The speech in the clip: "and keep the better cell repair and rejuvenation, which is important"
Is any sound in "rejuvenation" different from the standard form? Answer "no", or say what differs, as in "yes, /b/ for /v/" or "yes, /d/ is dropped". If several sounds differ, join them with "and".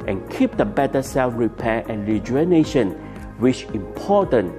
yes, /v/ is dropped